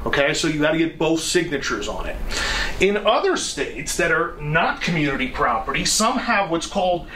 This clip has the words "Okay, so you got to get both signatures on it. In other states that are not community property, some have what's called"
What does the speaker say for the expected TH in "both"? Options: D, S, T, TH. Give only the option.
TH